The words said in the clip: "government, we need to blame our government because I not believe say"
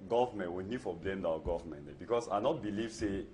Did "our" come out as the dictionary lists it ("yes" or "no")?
no